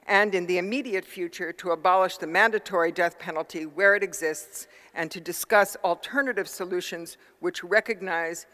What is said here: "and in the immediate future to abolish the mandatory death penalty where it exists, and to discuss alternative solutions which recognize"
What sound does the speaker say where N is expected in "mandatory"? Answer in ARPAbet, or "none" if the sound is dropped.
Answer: N